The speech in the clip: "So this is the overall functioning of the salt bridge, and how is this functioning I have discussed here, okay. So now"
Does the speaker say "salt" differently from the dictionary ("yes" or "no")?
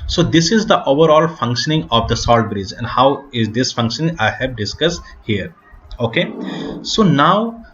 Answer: no